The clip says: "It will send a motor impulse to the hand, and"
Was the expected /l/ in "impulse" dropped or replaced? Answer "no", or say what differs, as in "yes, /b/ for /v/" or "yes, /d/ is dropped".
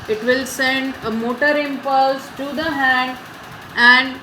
no